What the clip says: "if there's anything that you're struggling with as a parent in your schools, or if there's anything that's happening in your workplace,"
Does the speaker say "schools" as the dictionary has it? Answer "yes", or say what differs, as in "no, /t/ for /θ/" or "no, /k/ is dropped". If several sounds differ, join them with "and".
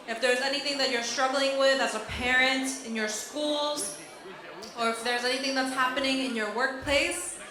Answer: yes